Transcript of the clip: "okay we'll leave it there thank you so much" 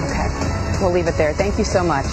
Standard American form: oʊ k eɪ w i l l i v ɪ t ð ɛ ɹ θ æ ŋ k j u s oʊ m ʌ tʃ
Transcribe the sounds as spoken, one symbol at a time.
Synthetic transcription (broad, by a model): oʊ k eɪ w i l l i v ɪ t ð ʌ ɹ θ æ ŋ k j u s oʊ m ʌ tʃ